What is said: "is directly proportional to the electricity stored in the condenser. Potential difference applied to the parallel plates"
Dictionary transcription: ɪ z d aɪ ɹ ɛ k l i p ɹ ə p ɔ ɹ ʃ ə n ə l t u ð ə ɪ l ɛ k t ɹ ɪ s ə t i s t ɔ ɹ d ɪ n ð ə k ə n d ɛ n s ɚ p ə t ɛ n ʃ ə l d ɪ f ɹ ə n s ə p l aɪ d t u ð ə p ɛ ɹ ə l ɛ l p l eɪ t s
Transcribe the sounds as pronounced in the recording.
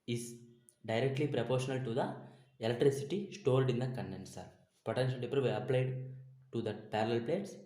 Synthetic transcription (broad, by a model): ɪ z d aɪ ɹ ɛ k l i p ɹ ə p ɔ ɹ ʃ ə n ə l t u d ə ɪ l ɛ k t ɹ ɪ s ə t i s t ɔ l d ɪ n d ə k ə n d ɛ n s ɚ p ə t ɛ n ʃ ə n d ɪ p ɹ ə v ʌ ə p l aɪ d t u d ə p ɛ ɹ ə l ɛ l p l eɪ t s